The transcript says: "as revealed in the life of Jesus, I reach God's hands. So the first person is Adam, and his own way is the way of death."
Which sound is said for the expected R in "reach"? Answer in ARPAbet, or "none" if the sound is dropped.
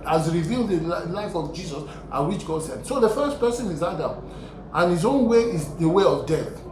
W